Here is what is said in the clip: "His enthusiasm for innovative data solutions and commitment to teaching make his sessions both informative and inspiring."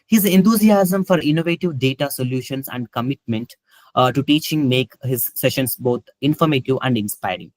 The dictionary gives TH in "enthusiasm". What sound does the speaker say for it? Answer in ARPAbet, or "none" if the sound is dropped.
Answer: T